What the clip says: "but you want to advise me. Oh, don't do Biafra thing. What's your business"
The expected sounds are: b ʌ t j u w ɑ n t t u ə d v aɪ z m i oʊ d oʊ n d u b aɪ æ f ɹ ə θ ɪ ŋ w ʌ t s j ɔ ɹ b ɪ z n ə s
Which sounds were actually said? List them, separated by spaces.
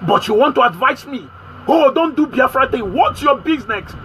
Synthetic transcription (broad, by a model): b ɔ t j u w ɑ n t t u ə d v aɪ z m i oʊ d oʊ n d u b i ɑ f ɹ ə t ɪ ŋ w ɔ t j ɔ b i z n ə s